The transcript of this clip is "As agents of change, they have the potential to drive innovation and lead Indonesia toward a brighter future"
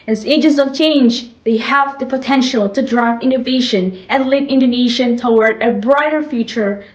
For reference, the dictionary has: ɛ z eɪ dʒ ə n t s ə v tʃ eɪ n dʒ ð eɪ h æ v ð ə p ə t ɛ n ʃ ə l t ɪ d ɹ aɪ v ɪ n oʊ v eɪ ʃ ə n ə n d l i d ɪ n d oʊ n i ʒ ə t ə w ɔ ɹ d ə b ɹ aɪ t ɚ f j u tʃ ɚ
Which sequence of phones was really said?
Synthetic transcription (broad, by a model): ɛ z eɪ dʒ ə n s ə v tʃ eɪ n dʒ ð eɪ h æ v ð ə p ə t ɛ n ʃ ə l t ɪ d ɹ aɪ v ɪ n oʊ v eɪ ʃ ə n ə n l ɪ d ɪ n d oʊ n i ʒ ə t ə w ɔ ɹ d ə b ɹ aɪ t ɚ f j u tʃ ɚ